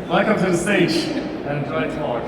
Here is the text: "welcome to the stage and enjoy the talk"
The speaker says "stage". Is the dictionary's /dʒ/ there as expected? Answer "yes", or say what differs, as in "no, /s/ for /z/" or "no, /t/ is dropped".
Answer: no, /dʒ/ is dropped